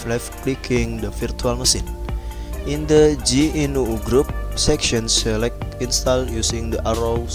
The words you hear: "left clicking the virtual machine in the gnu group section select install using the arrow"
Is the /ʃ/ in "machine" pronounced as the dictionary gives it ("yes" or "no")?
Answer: no